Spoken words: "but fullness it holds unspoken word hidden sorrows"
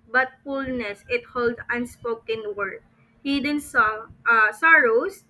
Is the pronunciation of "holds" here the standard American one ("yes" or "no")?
no